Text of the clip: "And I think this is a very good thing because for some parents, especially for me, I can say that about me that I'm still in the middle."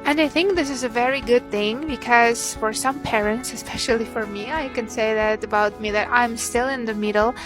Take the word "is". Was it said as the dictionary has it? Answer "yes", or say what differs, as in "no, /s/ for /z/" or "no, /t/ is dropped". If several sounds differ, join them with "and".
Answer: yes